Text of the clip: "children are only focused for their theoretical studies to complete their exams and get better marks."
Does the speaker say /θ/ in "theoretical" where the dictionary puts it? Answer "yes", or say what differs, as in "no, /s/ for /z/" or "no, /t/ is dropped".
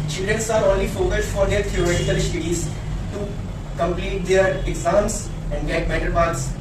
no, /t/ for /θ/